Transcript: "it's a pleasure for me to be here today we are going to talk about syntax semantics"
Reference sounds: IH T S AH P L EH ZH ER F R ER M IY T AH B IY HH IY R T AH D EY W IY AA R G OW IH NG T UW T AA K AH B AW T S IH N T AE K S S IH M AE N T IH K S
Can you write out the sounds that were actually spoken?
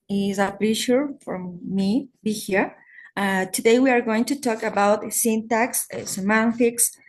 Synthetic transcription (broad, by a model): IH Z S AH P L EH SH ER F R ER M IY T B IY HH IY R T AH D EY W IY AA R G OW IH NG T UW T AA K AH B AW T S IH N T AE K S S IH M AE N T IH K S